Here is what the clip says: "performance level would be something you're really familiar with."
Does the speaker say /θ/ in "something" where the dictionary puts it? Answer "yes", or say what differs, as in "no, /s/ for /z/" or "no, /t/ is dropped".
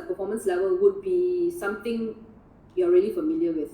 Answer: no, /t/ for /θ/